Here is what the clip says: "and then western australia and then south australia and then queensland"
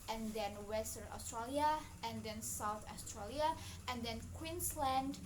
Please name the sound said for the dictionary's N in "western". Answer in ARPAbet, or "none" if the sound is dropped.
none